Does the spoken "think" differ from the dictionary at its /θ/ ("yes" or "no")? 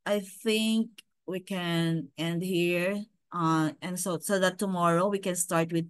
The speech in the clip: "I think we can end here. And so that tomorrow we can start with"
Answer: no